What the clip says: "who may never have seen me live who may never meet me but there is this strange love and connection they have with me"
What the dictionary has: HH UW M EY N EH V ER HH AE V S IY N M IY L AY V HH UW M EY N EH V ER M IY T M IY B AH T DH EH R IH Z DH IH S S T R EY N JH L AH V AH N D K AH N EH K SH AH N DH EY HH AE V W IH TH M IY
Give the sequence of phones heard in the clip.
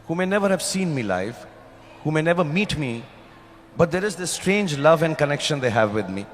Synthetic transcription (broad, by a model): HH UW M EY N EH V ER HH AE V S IY N M IY L AY F HH UW M EY N EH V ER M IY T M IY B AH T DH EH R IH Z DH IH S S T R EY N JH L AH V AH N D K AH N EH K SH AH N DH EY HH AE V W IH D M IY